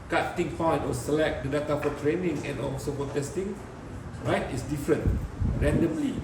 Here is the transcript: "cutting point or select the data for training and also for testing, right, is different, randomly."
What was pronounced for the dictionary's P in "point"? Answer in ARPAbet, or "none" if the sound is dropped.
F